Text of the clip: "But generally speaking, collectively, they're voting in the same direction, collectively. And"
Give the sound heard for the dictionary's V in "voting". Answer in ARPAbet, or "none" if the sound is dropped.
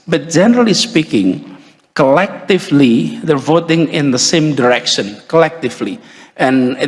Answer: V